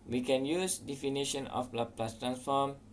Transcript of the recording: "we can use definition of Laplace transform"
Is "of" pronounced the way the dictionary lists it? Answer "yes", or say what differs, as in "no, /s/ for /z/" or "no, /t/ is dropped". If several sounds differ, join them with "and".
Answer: no, /p/ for /v/